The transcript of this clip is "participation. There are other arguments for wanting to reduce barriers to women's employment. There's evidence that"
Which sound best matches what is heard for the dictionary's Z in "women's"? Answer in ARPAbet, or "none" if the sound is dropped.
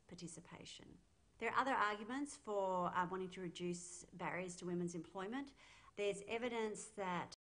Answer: Z